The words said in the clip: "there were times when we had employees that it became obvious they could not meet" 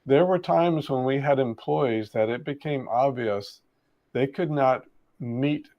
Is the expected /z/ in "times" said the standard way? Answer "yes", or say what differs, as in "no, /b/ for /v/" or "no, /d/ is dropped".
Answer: yes